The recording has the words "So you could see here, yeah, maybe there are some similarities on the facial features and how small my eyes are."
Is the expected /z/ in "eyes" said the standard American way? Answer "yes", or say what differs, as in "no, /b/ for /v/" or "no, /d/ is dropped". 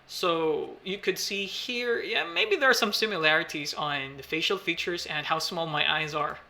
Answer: yes